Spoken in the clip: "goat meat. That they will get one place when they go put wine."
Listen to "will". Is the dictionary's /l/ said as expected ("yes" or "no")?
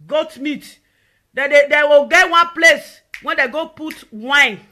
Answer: no